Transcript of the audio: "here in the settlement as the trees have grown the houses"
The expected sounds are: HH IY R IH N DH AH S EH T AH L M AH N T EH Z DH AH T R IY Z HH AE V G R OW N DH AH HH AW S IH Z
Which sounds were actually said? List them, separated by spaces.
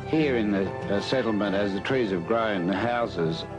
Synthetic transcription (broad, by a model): HH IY R IH N DH AH S EH T L M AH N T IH Z DH AH T R IY Z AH V G R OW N DH AH HH AW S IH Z